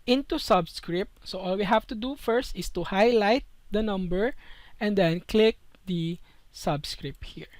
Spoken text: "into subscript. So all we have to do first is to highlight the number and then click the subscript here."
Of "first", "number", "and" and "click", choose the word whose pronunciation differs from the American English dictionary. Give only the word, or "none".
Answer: none